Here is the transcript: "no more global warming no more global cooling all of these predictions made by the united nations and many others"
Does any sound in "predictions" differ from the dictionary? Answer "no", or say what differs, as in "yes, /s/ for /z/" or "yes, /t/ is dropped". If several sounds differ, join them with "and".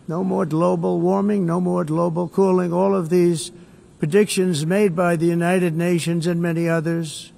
no